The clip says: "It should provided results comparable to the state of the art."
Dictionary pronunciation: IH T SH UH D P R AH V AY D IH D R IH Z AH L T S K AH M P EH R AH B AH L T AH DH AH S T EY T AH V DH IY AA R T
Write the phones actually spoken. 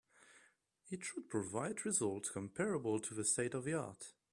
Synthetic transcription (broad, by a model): IH T SH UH D P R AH V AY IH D R IH Z AH L T S K AH M P EH R AH B AH L T AH DH AH S T EY T AH V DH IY AA R T